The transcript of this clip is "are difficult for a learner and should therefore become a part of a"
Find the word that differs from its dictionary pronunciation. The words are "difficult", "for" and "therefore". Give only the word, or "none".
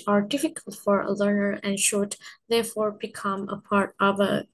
none